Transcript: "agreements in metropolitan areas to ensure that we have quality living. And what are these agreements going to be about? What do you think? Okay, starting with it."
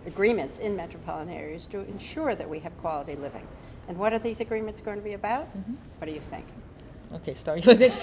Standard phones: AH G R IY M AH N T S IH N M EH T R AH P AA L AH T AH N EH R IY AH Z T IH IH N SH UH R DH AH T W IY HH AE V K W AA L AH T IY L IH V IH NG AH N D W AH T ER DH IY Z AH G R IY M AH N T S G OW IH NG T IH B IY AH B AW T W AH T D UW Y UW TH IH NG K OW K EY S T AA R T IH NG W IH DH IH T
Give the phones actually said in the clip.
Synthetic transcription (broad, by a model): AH G R IY M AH N T S IH N M EH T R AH P AA L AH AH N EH R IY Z T IH IH N SH UH R DH AH T W IY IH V K W AA L AH T IY L IH V IH NG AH N W AH T ER DH IY Z AH G R IY M AH N T S G OW IH NG T IH B IY AH B AW T W AH T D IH Y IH TH IH NG K OW K EY S T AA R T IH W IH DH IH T